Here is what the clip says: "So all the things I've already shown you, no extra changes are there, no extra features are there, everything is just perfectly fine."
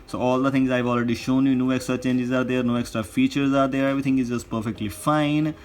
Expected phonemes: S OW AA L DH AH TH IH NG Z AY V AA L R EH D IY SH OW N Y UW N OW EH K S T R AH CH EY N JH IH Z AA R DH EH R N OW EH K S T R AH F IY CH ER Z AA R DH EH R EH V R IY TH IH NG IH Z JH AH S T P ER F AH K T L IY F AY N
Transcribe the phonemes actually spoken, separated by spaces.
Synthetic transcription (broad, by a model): S OW AA L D AH T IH NG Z AY V AA L R EH D IY SH OW N Y UW N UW EH K S T R AH CH EY N JH IH Z AA R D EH R N OW EH K S T R AH F IY CH ER Z AA R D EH R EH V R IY T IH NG IH Z JH AH S T P ER F AH K T L IY F AY N